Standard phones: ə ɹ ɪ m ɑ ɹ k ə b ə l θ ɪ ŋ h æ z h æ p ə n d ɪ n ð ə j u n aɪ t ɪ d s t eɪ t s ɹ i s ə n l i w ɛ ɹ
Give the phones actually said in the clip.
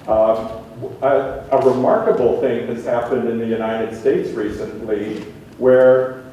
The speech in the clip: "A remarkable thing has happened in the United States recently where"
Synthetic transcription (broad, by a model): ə ɹ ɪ m ɑ ɹ k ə b l θ ɪ ŋ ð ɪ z h æ p ə n d ɪ n ð ə j u n aɪ t ɪ d s t eɪ t s ɹ i s ə n l i w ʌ ɹ